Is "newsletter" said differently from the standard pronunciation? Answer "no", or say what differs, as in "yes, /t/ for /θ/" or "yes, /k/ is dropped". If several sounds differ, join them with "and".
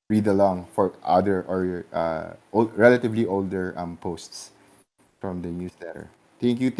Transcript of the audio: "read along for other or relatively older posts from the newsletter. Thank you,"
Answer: yes, /s/ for /z/